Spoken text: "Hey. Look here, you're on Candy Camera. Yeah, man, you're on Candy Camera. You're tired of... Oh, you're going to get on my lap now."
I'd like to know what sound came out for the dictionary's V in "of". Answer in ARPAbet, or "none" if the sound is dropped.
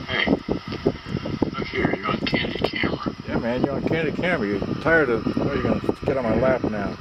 W